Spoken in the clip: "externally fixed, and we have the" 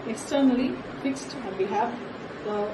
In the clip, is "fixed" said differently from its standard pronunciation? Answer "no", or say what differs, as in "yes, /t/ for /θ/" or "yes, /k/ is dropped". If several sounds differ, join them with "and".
no